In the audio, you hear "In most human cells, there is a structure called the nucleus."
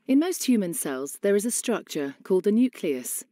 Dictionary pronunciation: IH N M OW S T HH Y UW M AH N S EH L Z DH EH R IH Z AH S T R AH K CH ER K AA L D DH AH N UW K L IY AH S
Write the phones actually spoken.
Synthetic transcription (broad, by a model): IH N M OW S T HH Y UW M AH N S EH L Z DH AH R IH Z AH S T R AH K CH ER K AA L D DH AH N UW K L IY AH S